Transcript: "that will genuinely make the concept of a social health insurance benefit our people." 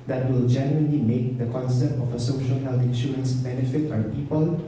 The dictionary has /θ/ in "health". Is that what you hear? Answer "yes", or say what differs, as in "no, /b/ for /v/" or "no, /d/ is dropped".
no, /t/ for /θ/